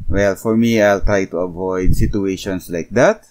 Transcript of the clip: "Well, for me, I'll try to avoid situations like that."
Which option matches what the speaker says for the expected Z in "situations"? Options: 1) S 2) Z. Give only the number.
1